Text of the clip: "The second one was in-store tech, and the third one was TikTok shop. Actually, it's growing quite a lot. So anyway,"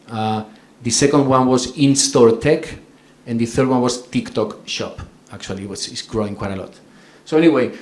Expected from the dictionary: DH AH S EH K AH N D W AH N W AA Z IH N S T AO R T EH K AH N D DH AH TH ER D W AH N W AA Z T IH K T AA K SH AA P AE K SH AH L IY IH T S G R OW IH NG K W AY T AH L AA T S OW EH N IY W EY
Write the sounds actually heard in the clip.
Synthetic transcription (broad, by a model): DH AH S EH K AH N D W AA N W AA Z IH N S T AO R T EH K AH N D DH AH TH ER D W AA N W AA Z T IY K T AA K SH AA P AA K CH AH L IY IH S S G R OW IH NG K W AY T AH L AA T S OW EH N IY W EY